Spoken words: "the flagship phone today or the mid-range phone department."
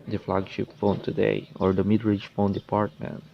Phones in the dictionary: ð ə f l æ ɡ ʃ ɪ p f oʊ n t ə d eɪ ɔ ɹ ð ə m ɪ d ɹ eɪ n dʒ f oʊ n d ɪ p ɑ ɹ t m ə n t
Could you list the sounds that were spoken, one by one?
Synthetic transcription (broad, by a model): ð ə f l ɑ ɡ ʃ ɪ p f oʊ n t ə d eɪ ɔ ɹ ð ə m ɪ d ɹ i dʒ f oʊ n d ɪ p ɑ ɹ t m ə n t